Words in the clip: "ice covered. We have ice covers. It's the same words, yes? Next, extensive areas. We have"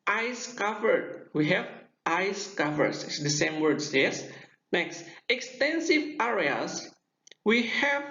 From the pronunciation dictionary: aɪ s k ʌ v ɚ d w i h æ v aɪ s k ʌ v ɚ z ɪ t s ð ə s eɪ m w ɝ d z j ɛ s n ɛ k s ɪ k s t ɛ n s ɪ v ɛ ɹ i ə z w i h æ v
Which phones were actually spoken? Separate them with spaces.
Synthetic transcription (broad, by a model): aɪ s k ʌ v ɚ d w i h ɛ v aɪ s k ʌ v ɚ s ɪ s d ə s eɪ m w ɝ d s j ɛ s n ɛ k s ɪ k s t ɛ n s ɪ v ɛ ɹ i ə s w i h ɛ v